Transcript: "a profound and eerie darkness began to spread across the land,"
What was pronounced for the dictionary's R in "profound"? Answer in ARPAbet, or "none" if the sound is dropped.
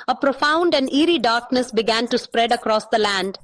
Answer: R